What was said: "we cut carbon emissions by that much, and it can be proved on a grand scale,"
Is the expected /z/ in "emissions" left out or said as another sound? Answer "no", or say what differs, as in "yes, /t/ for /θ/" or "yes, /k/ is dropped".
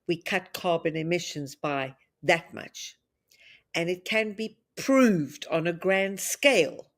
no